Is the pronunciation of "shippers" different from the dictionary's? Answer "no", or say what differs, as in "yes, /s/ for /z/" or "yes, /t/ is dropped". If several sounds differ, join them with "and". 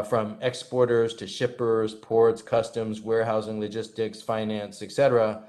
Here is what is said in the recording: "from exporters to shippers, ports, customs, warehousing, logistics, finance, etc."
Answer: no